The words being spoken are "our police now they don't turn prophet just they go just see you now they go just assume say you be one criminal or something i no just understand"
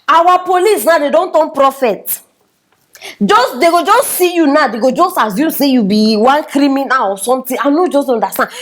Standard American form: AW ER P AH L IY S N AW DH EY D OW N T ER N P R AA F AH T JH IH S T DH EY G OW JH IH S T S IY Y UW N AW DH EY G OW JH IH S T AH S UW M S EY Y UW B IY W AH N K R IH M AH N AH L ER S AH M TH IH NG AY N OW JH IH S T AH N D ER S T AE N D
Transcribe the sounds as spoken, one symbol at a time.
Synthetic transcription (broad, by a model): AW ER P AH L IY S N AW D EY D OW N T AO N P R AA F AH T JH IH S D EY G OW JH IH S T S IY Y UW N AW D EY G OW JH IH S T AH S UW S EY Y UW B IY W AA N K R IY M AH N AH L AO S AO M T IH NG AY N OW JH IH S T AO N D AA S T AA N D